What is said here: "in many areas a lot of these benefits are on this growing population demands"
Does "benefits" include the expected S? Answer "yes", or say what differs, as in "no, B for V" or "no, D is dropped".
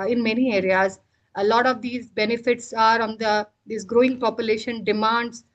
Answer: yes